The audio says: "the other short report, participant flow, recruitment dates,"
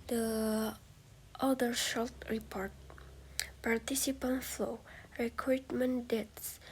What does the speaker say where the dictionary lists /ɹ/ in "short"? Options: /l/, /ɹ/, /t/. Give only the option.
/l/